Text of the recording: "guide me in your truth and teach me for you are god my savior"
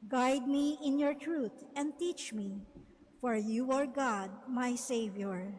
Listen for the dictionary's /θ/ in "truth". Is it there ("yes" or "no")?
no